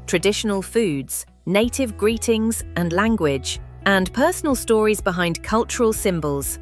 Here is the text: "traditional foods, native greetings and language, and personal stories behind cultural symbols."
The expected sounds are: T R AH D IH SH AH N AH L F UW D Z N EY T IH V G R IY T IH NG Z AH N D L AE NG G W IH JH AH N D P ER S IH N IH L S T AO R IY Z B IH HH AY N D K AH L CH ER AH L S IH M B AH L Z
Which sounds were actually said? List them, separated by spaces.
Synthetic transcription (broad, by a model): T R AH D IH SH AH N AH L F UW D Z N EY T IH V G R IY T IH NG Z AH N L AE NG G W IH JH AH N P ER S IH N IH L S T AO R IY Z B IH HH AY N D K AH L CH ER AH L S IH M B AH L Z